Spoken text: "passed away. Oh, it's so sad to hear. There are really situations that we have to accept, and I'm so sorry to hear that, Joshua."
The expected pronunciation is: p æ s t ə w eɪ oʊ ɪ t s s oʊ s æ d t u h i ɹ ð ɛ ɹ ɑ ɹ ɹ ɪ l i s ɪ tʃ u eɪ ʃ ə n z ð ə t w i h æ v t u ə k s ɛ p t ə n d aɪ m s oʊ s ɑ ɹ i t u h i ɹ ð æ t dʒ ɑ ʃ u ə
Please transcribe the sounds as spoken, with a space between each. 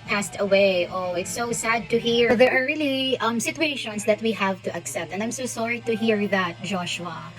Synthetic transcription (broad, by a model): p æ s t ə w eɪ oʊ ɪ t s s oʊ s æ d t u h i ɹ ð ɛ ɹ ɑ ɹ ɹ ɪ l i s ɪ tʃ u eɪ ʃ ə n s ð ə t w i h æ v t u ə k s ɛ p t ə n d aɪ m s oʊ s ɑ ɹ i t u h i ɹ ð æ t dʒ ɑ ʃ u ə